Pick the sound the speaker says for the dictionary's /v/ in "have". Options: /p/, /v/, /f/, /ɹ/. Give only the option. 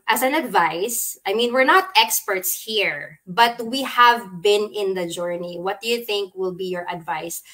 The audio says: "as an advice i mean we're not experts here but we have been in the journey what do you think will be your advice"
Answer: /v/